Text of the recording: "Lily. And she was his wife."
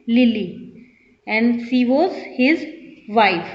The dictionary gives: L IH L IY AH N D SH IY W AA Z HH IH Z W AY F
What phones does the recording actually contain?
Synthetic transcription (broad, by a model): L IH L IY AH N D S IY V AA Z HH IH Z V AY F